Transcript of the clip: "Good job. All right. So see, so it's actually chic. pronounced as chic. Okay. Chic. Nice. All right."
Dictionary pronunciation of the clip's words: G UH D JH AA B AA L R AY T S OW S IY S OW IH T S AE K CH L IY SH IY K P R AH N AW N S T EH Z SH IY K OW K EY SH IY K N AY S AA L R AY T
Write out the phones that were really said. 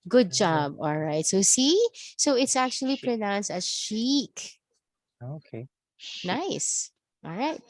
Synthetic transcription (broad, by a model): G UH D JH AA B AA L R AY T S OW S IY S OW IH T S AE K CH IY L IY P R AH N AW N S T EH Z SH IY K OW K EY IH N AY S AA L R AY T